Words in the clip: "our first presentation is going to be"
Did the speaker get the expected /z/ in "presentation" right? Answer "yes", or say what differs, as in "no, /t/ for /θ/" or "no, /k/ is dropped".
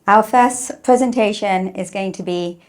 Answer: yes